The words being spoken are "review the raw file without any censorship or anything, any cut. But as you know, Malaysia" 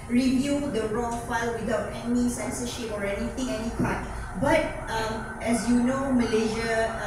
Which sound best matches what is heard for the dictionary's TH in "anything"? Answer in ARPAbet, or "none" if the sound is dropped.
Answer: T